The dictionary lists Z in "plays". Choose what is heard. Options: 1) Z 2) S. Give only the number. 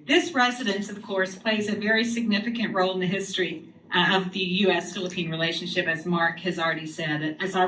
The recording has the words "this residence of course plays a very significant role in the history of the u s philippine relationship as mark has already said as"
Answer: 1